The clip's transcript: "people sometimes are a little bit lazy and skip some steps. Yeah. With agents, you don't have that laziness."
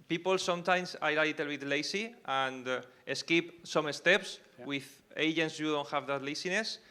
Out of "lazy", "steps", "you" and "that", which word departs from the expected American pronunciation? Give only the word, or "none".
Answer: lazy